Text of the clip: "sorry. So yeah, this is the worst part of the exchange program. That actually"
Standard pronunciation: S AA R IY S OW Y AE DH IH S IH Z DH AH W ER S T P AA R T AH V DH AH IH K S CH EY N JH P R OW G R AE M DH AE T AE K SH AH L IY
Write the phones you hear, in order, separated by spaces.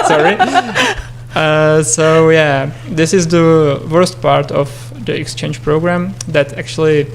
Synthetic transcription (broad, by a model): S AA R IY S OW Y AE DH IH S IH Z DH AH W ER S T P AA R T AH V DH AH IH K S CH EY N JH P R OW G R AE M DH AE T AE K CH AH L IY